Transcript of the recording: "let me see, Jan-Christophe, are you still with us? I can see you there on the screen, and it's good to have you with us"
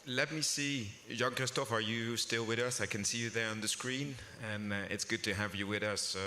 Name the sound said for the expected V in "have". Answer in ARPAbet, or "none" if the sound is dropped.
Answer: V